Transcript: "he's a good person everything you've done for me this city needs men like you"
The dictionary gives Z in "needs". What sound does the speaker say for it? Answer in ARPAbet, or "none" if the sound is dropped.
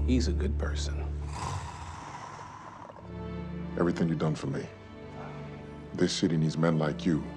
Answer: Z